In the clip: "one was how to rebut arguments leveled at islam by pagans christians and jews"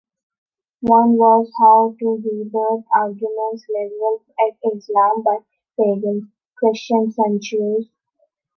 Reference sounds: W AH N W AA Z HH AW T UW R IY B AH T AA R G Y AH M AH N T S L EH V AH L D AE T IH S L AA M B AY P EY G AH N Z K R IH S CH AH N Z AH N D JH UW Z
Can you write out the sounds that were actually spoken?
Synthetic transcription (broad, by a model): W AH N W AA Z HH AW T UW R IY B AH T AA R G Y AH M AH N T S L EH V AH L AE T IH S L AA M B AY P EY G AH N K R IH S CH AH N S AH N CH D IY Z